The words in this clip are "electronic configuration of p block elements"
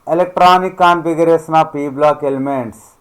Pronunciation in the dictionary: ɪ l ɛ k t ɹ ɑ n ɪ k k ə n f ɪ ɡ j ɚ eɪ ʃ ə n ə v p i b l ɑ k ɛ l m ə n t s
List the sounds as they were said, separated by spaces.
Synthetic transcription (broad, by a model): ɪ l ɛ k t ɹ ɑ n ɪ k k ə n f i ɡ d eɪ s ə n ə p i b l ɑ k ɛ l m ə n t s